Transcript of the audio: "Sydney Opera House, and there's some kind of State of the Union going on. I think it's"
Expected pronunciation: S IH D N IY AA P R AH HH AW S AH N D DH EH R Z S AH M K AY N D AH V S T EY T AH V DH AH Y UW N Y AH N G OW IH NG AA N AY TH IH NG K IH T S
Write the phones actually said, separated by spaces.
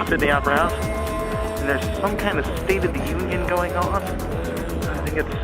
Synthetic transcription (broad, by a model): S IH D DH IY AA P AH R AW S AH N DH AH R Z S AH M K AY N D AH V S T EY T AH V DH AH Y UW N Y AH N G OW IH NG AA N AY TH IH NG K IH T S